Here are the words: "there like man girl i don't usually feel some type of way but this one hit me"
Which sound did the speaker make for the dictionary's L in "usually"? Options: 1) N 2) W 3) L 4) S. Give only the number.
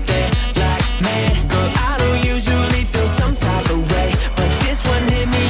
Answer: 3